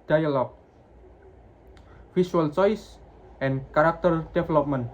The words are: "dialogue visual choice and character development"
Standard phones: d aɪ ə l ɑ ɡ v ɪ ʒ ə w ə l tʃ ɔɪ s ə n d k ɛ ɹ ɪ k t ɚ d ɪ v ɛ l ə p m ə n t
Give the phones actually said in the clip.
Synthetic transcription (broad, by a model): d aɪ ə l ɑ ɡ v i s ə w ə l tʃ ɔɪ s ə n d k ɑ ɹ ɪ k t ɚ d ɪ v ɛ l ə p m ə n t